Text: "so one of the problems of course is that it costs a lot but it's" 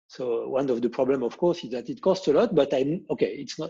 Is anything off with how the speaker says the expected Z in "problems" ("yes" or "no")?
yes